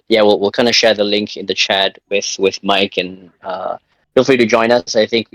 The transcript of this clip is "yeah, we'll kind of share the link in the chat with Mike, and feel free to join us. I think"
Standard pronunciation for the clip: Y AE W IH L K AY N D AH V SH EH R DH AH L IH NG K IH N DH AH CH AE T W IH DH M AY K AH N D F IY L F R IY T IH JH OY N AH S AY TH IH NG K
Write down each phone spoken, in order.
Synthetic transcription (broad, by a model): Y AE W IH L K AY N D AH SH EH R DH AH L IH NG K IH N DH AH CH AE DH W IH DH M AY K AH N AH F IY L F L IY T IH JH OY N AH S AY TH IH NG K